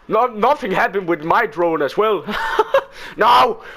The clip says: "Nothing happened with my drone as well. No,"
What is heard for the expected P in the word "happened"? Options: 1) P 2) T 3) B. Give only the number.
3